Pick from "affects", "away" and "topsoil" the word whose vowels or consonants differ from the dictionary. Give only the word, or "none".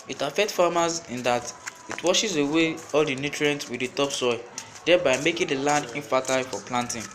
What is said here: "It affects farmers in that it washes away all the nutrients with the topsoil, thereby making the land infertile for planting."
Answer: affects